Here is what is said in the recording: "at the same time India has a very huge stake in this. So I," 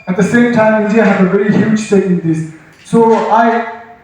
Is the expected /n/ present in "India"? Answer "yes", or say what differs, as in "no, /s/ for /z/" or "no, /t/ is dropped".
no, /n/ is dropped